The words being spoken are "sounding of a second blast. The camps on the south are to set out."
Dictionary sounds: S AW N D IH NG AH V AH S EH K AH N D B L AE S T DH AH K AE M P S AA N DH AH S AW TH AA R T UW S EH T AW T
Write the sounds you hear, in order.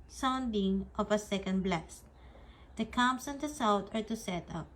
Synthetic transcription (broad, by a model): S AW N D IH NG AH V AH S EH K AH N D B L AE S T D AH K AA M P S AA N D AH S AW T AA R T UW S EH T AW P